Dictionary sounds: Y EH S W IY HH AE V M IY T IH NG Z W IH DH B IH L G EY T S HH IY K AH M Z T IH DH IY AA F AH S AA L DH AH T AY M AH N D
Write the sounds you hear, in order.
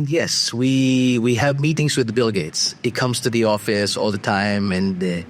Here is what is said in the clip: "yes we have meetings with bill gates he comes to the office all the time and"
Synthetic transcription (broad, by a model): Y EH S W IY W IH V M IY T IH NG Z W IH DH B IH L G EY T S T K AH M Z T IH DH IY AA F AH S AA L DH AH T AY M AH N